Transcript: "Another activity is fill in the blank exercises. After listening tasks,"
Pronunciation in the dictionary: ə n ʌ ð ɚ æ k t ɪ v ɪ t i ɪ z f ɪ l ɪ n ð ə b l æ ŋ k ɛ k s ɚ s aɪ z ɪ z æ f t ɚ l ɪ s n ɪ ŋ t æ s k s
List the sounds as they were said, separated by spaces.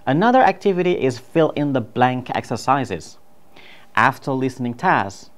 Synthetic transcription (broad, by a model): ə n ʌ ð ɚ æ k t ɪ v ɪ t i ɪ z f ɪ l ɪ n ð ə b l æ ŋ k ɛ k s ɚ s aɪ z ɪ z æ f t ɚ l ɪ s n ɪ ŋ t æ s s